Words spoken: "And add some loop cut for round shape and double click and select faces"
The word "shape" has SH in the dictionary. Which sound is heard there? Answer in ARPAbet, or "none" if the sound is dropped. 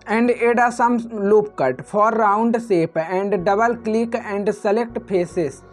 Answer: S